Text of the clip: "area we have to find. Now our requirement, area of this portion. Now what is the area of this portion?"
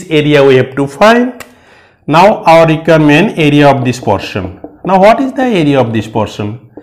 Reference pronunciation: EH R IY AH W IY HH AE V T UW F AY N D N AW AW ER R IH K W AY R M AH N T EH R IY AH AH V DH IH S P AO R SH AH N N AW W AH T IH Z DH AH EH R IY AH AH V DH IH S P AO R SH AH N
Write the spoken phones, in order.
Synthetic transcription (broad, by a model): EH R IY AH W IY HH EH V T UW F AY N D N AW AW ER R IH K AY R M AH N EH R IY AH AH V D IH S P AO R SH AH N N AW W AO T IH Z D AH EH R IY AH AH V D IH S P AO R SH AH N